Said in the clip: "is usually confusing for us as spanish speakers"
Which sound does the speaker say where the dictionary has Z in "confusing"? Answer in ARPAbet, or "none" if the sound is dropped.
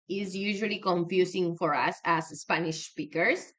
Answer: S